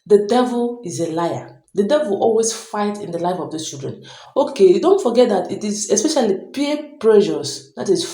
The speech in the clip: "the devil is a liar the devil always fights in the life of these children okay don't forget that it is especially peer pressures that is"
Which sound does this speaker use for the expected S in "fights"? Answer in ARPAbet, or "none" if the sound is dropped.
none